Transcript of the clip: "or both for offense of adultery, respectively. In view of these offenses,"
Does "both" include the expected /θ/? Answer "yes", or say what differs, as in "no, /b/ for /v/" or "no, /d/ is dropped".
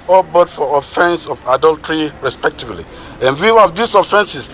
no, /t/ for /θ/